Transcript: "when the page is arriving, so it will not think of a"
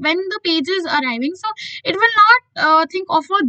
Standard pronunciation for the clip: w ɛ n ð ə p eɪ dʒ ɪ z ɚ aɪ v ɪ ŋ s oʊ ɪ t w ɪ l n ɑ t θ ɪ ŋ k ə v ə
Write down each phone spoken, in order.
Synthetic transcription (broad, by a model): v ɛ n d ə p eɪ dʒ ɪ z ɚ aɪ v ɪ ŋ s oʊ ɪ t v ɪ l n ɑ t t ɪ ŋ k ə f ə